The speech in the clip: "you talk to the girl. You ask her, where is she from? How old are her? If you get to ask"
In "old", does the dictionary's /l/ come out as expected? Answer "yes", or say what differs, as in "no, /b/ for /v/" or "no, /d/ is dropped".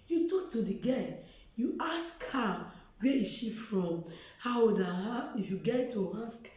no, /l/ is dropped